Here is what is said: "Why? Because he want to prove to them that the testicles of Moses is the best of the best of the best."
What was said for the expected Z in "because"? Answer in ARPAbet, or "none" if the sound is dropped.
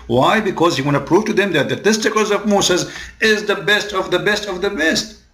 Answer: Z